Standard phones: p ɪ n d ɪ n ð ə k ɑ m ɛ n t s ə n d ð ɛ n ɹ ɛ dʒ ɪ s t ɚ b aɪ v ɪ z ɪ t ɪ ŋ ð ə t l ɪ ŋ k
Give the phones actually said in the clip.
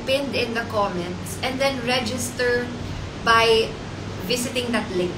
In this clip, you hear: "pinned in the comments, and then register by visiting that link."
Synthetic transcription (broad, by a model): p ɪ n d ɪ n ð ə k ɑ m ɛ n t s ə n d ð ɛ n ɹ ɛ dʒ ɪ s t ɚ b aɪ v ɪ s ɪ t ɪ ŋ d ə t l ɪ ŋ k